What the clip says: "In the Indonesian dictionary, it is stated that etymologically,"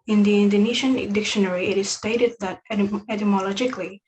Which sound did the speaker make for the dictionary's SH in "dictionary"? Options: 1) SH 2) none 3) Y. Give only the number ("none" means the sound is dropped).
1